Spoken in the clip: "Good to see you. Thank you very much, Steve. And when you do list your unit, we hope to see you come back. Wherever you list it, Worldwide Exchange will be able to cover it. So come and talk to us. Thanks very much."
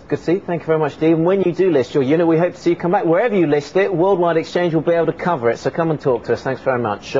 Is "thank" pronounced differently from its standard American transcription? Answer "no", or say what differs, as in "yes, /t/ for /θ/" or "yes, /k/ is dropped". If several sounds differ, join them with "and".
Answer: no